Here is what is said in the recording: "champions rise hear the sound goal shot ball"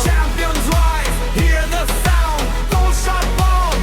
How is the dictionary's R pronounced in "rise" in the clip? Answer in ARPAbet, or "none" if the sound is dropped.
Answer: W